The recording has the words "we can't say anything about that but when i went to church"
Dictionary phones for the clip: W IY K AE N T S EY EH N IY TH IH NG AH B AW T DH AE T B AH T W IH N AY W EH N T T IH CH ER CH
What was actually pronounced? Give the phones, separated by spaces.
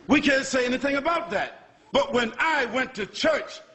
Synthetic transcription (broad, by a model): W IY K AE N T S EY EH N IY TH IH NG AH B AW T DH AE T B AH T W IH N AY W EH N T T IH CH ER CH